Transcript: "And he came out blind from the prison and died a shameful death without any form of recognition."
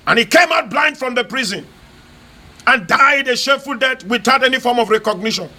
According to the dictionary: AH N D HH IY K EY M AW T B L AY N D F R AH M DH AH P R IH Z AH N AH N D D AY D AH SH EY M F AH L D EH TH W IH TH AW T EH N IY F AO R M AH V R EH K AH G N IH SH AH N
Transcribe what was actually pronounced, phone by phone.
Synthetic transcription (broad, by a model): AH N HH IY K EY M AW T B L AY N D F R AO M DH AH P R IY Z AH N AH N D D AY D AH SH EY F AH L D EH T W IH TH AW T EH N IY F AO R M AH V R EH K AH G N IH SH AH N